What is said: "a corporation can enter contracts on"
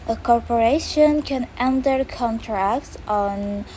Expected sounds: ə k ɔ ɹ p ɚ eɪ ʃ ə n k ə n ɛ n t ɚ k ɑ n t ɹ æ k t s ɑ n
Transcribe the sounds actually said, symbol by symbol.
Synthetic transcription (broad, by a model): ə k ɔ ɹ p ɚ eɪ ʃ ə n k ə n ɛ n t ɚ k ɑ n t ɹ æ k t s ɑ n